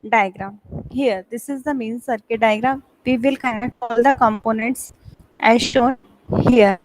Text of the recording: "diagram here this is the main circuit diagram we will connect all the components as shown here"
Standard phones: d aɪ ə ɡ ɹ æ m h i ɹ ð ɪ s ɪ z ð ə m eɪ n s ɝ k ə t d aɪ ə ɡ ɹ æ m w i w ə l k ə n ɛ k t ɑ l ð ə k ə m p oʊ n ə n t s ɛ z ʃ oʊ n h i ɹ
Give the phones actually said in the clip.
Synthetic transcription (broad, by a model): d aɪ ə ɡ ɹ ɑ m h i ɹ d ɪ s ɪ z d ə m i n s ɝ k ə t d aɪ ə ɡ ɹ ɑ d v i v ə l k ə ɪ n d ɑ l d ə k ə m p oʊ n ə n t s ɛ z ʃ oʊ n h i ɹ